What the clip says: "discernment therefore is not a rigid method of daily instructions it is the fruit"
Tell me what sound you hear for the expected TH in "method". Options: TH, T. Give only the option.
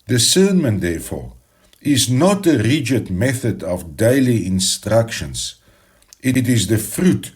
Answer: TH